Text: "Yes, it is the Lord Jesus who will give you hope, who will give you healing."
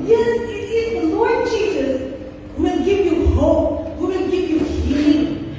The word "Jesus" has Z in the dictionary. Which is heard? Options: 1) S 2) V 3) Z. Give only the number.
3